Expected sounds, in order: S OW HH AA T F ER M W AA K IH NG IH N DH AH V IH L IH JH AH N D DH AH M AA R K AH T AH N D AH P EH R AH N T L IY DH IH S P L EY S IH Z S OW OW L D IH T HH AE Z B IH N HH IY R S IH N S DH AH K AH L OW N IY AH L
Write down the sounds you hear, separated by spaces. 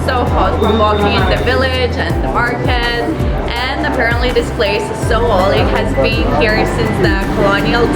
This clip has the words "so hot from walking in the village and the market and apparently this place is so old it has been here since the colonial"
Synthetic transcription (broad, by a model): S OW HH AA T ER W AA K IH NG IH N DH AH V IH L IH JH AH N DH AH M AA R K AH T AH N AH P EH R AH N T L IY DH IH S P L EY S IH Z S OW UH L IH T HH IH Z B IH N HH IY R S IH N S DH AH K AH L OW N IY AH L